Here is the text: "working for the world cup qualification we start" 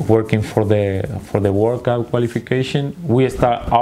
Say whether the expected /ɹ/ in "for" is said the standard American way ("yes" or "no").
yes